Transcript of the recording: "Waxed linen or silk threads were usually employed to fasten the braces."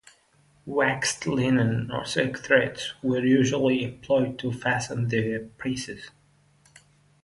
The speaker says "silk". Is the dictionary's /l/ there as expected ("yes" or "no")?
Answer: no